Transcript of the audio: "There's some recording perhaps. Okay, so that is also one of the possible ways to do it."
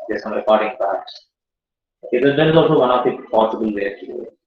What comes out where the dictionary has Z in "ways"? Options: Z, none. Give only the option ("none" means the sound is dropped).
none